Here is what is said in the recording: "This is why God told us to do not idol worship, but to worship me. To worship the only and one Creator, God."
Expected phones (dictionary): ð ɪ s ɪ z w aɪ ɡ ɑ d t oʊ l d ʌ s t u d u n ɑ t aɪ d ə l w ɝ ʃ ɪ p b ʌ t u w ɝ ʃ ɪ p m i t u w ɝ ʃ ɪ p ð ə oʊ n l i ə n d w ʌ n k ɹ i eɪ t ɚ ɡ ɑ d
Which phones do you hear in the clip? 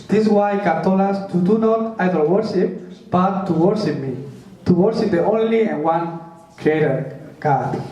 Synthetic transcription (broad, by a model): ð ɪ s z w aɪ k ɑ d t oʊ l ɑ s t u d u n ɑ t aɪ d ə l w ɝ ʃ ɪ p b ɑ t u w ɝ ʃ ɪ p m i t u w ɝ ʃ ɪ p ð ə oʊ n l i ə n w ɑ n k ɹ i eɪ t ɚ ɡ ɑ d